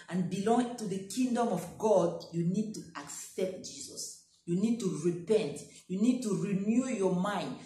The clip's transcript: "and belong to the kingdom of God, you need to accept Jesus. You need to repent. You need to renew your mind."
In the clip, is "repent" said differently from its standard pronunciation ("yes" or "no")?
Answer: no